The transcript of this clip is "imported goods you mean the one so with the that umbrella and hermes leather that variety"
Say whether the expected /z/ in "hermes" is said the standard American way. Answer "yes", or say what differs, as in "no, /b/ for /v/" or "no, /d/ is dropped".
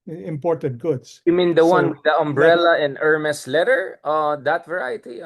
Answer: no, /s/ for /z/